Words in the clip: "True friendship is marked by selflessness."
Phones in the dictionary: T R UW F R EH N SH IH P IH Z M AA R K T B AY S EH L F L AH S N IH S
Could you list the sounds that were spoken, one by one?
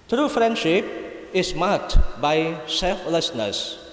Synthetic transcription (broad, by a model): T R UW F R EH N SH IH P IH S M AA K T B AY S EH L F L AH S N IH S